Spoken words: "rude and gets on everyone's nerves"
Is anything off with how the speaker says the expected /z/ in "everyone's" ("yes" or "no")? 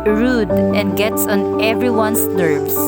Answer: yes